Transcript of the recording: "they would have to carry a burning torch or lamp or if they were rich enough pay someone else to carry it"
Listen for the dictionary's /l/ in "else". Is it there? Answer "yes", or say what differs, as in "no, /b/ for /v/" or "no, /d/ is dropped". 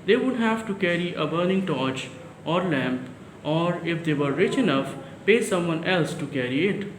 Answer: yes